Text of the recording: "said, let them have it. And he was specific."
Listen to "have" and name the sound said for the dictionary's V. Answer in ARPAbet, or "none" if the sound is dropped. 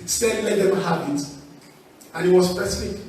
B